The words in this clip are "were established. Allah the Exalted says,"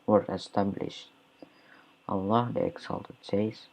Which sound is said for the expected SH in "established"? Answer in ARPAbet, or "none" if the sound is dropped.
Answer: SH